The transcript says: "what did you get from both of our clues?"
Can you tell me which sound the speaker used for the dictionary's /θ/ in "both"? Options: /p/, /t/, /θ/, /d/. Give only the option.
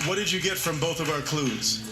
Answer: /θ/